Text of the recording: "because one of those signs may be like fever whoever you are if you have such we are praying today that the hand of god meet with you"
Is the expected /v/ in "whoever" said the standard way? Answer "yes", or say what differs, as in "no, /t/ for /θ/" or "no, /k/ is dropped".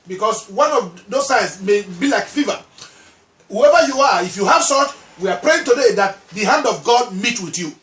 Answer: yes